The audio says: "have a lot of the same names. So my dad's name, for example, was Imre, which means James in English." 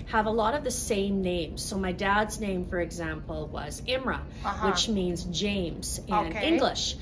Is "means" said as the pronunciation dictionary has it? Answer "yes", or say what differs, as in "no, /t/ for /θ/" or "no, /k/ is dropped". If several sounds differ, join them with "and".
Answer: yes